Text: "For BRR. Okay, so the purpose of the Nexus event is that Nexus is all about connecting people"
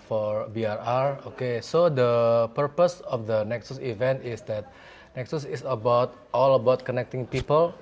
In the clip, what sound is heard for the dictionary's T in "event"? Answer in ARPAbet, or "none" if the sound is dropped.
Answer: T